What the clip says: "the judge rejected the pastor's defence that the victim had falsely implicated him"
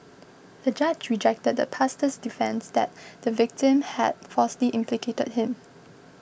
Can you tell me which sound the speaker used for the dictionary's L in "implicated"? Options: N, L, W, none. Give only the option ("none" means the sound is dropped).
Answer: L